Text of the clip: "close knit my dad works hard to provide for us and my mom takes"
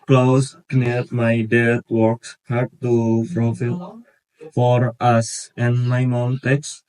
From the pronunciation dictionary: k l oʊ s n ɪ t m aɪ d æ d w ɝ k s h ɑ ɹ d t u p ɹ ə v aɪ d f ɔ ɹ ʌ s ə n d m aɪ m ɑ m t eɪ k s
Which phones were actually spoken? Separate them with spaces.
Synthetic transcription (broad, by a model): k l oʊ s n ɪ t m aɪ d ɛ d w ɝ k s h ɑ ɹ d t u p ɹ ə f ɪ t f ɔ ɹ ʌ s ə n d m aɪ m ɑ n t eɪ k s